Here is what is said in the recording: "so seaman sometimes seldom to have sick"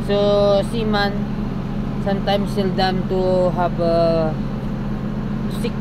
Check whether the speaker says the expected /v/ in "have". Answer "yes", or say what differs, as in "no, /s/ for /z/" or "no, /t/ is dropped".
no, /b/ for /v/